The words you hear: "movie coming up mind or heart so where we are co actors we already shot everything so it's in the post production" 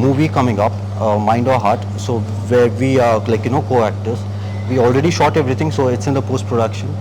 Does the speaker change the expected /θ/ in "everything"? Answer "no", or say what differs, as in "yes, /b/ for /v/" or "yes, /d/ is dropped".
yes, /t/ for /θ/